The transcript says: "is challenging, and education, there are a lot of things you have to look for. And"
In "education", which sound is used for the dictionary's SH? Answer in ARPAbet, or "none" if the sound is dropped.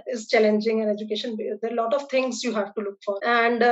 SH